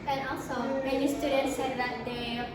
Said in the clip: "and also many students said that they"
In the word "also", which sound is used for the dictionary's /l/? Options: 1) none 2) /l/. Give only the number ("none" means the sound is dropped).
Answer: 1